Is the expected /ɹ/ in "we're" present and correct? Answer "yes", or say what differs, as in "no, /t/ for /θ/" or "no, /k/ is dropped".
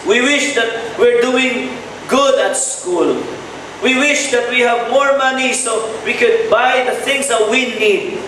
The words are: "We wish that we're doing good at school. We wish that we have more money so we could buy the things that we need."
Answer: yes